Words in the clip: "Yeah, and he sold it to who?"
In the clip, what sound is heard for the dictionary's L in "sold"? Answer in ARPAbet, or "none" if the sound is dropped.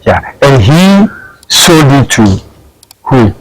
none